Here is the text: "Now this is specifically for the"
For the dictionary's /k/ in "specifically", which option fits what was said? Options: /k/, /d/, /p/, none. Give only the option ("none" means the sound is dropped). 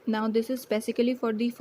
none